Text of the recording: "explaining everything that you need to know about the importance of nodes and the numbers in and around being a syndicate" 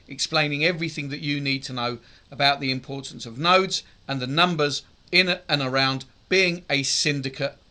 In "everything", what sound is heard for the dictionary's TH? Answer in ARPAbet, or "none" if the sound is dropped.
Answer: TH